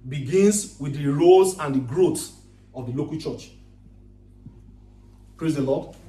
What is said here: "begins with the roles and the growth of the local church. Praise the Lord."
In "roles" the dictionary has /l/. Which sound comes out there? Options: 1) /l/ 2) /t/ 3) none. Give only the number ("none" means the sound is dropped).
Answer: 3